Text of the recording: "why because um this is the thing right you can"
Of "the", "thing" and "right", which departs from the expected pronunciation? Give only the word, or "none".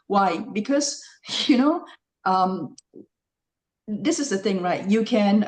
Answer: none